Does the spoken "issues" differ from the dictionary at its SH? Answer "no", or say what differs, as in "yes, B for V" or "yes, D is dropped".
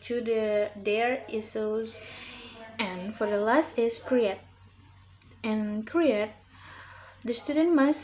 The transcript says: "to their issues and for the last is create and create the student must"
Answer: yes, S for SH